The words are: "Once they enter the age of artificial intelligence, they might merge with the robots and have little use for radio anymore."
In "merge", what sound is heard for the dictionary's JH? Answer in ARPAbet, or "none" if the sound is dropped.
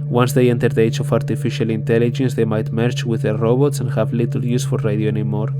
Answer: CH